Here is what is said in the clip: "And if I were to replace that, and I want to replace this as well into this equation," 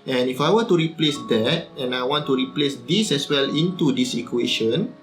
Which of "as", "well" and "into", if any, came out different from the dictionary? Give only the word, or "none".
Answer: as